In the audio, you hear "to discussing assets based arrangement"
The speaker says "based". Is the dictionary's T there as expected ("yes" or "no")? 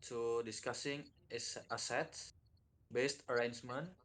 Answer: yes